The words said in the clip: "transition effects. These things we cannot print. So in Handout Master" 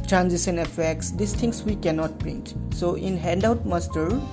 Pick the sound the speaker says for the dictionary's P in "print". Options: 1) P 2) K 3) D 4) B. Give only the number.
4